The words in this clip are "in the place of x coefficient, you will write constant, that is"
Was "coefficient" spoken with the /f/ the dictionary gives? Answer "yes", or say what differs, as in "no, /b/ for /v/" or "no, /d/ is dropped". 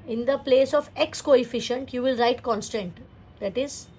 yes